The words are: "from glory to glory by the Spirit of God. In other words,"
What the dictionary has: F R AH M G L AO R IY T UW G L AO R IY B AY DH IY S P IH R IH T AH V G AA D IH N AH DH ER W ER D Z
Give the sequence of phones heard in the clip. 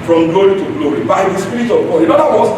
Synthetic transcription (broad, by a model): F R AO M G L AO R IY T UW G L AO R IY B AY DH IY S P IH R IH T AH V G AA IH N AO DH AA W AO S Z